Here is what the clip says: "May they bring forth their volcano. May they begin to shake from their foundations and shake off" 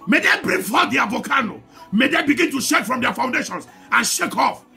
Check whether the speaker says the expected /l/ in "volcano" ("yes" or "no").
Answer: no